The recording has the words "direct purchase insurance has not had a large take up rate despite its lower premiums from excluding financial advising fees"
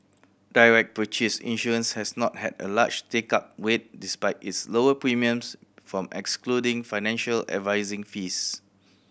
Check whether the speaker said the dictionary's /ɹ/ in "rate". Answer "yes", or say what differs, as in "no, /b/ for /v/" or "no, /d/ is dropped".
no, /w/ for /ɹ/